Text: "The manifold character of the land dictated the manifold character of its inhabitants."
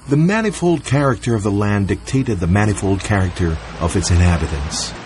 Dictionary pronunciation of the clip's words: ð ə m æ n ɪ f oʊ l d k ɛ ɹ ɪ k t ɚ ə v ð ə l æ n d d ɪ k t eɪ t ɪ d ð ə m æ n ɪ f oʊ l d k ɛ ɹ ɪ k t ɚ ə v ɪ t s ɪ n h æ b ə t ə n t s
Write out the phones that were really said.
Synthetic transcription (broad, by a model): ð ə m æ n ɪ f oʊ l d k ɛ ɹ ɪ k t ɚ ə v ð ə l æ n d d ɪ k t eɪ t ɪ d ð ə m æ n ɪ f oʊ l d k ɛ ɹ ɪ k t ɚ ə v ɪ t s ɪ n h æ b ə t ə n s